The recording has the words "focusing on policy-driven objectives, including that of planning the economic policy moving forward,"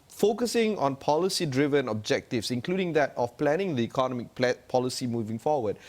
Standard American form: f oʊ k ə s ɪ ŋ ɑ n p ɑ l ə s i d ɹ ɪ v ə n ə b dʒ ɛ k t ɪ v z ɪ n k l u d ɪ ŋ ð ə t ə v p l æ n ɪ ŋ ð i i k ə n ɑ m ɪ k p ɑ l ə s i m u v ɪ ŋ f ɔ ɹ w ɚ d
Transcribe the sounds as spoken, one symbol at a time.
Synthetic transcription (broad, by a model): f oʊ k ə s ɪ ŋ ɑ n p ɑ l ə s i d ɹ ɪ v ə n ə b dʒ ɛ k t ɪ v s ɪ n k l u d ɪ ŋ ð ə t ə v p l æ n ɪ ŋ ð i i k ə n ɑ m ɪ k p ɑ l ə s i m u v ɪ ŋ f ɔ w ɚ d